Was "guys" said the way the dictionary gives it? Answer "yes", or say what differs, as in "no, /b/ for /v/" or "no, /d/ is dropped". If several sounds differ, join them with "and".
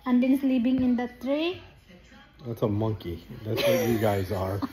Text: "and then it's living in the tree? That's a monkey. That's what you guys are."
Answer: yes